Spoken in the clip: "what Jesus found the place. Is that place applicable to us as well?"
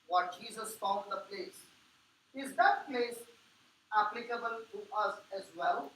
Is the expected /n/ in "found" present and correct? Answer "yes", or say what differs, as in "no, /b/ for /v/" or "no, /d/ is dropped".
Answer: no, /l/ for /n/